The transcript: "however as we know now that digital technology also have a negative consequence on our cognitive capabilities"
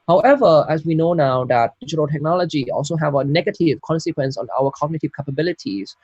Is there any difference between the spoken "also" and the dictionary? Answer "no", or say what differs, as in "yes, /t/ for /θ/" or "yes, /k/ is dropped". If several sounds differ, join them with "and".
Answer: no